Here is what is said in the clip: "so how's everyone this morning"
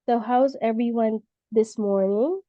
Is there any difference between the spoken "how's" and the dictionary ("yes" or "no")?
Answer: no